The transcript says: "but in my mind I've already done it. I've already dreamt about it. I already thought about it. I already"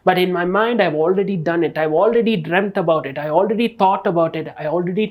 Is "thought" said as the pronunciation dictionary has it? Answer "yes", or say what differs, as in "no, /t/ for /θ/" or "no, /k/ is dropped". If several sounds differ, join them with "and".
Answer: no, /t/ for /θ/